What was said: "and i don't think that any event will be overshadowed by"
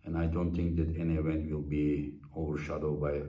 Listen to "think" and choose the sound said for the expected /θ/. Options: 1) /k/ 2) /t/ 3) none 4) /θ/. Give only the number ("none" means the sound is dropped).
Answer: 2